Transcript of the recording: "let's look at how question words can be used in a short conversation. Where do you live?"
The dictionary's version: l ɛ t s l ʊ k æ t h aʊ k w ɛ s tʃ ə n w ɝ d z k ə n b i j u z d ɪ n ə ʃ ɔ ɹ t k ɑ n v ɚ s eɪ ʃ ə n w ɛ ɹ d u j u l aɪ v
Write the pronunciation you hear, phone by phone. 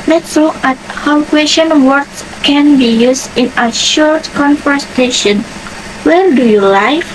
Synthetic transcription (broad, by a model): l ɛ t s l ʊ k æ t h aʊ k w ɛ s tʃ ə n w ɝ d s k ə n b i j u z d ɪ n ə ʃ ɔ ɹ t k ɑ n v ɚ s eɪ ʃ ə n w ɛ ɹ d u j u l aɪ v